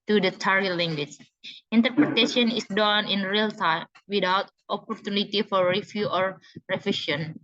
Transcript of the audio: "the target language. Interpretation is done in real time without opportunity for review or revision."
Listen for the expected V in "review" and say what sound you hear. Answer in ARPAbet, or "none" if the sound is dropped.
F